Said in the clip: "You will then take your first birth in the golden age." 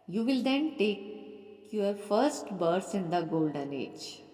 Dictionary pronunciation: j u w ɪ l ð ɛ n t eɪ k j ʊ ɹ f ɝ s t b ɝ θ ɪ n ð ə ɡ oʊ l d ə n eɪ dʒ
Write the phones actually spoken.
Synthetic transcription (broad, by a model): j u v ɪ l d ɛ n t eɪ k j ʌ ɹ f ɝ s t b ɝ s ɪ n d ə ɡ oʊ l d ə n eɪ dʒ